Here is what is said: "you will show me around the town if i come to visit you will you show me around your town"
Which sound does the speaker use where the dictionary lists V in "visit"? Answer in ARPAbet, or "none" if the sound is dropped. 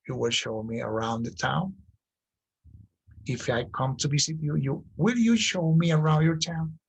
B